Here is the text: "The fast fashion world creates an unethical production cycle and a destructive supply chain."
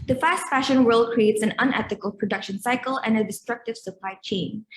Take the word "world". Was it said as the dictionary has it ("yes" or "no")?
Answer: yes